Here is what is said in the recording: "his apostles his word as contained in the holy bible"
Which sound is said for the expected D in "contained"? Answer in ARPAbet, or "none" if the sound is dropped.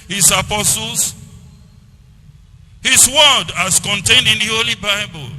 D